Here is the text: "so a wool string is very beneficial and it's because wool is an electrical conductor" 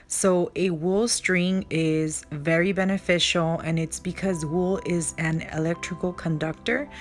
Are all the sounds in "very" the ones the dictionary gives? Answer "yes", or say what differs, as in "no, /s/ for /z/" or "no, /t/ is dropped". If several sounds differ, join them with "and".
yes